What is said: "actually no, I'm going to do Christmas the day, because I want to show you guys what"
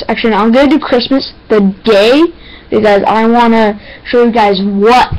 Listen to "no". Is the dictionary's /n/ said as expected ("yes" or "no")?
no